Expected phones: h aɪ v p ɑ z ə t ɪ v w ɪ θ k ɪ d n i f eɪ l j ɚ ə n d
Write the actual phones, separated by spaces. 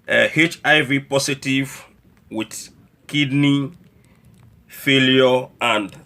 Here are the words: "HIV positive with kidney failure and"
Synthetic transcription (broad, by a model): h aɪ v p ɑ s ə t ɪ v w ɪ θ k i d n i f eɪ l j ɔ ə n d